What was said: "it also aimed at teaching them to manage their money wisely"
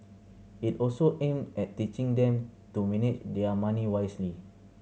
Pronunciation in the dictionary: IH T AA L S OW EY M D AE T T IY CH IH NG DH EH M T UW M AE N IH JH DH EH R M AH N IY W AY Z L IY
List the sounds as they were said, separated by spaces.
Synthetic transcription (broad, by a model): IH T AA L S OW EY M EH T T IY CH IH NG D EH M T UW M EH N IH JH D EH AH M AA N IY W AY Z L IY